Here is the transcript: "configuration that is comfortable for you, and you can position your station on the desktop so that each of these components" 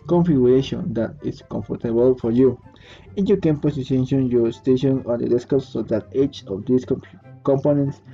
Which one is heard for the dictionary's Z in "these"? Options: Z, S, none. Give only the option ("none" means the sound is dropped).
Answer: S